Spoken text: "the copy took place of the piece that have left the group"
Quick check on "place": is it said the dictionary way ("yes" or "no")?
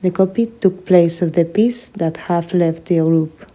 yes